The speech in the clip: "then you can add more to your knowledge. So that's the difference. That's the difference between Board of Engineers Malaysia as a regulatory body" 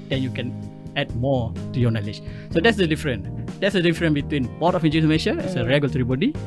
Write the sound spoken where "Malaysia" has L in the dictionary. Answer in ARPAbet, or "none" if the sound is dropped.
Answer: N